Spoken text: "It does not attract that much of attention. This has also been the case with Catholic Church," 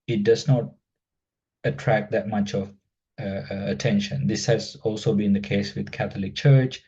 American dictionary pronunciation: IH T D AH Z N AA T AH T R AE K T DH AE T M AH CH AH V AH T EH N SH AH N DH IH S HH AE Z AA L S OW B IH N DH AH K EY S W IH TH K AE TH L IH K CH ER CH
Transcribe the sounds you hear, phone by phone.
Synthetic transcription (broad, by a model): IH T D AH Z N AA T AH T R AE K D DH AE T M AH CH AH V AH T EH N SH AH N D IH S HH AE Z AA L S OW B IH N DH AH K EY S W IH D K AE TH L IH K CH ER CH